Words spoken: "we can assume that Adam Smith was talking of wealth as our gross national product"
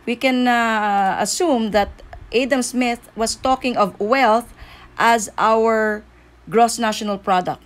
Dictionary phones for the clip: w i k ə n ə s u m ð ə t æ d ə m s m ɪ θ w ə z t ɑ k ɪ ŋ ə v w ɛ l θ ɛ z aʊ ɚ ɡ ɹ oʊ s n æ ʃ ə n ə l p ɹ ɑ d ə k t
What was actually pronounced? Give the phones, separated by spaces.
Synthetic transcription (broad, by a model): w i k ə n ə s u m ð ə t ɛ d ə m s m ɪ θ w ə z t ɑ k ɪ ŋ ə v w ɛ l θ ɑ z aʊ ɚ ɡ ɹ oʊ s n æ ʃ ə n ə l p ɹ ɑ d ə k t